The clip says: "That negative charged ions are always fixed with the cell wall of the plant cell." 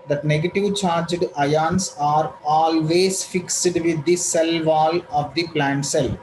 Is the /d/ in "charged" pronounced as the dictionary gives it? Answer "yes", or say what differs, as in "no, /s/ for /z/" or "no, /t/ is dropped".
yes